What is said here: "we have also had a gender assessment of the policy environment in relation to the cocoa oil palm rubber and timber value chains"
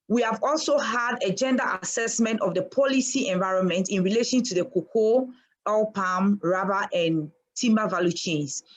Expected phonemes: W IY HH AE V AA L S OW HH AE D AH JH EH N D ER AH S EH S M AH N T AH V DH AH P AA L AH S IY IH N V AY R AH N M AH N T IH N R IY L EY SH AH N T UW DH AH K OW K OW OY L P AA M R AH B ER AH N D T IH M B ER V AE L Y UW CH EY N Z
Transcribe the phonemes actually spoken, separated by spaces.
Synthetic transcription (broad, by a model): W IY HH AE V AA L S OW HH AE D AH JH EH N D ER AH S EH S M AH N T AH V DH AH P AA L AH S IY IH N V AY R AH N M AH N T IH N R IY L EY SH AH N T UW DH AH K OW K OW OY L P AA M R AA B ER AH N T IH M B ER V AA L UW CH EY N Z